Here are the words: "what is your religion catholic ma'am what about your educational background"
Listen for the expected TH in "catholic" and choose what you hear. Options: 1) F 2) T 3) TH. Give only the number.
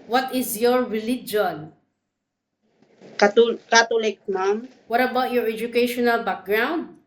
2